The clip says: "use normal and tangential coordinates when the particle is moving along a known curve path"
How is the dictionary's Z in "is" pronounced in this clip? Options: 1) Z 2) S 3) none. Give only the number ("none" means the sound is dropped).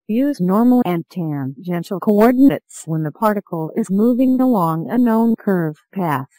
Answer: 1